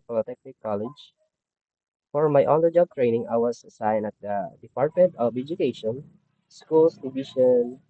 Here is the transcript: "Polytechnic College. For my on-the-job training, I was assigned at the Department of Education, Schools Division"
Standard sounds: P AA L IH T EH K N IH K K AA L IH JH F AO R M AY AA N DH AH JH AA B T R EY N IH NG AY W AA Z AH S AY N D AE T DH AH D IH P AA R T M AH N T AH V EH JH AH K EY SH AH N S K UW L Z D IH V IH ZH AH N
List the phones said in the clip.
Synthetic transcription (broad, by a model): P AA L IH T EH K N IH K K AA L IH JH F AO R M AY AA N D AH JH AA B T R EY N IH NG AY W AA S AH S AY N AH T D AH D IH P AA R T M AH N T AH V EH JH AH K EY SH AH N S K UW L S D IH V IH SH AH N